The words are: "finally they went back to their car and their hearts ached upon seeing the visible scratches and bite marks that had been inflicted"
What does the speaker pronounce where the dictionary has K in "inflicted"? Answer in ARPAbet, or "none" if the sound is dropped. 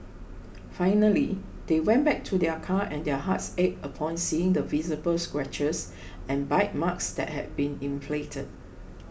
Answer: none